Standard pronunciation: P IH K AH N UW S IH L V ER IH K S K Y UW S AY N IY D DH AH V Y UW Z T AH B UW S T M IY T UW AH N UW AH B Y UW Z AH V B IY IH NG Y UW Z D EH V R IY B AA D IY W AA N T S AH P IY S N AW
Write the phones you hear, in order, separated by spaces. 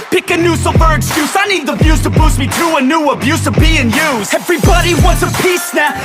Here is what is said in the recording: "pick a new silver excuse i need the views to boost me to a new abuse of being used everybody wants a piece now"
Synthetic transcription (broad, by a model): P IH K AH N UW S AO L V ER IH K S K Y UW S AY N IY D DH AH B Y UW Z T AH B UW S M IY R UW AH N UW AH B Y UW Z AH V B IY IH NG Y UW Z EH V R IY B AA D IY W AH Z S AH P IY S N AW